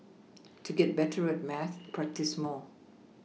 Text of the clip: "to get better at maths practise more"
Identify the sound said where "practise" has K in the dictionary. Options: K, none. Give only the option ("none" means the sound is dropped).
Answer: K